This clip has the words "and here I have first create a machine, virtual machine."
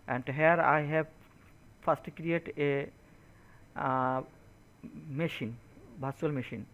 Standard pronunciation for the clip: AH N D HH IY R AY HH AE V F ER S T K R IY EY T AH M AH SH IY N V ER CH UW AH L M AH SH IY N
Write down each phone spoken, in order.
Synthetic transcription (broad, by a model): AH N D HH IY R AY HH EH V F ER S T K R IY EY T AH M AH SH IY N B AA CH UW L M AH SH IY N